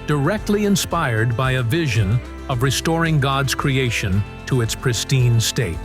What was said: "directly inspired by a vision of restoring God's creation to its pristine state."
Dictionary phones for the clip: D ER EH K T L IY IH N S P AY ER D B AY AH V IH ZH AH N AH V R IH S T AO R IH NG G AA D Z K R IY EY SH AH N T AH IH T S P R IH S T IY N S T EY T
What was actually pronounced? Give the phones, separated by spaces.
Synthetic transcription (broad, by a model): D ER EH K T L IY IH N S P AY ER D B AY AH V IH ZH AH N AH V R IH S T AO R IH NG G AA D Z K R IY EY SH AH N T AH IH T S P R IH S T IY N S T EY T